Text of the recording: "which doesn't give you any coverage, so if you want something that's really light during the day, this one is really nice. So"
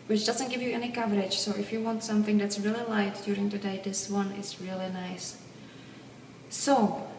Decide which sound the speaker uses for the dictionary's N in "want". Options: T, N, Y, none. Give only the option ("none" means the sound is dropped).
N